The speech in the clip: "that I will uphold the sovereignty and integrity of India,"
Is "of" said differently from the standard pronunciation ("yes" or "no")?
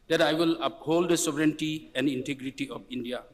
yes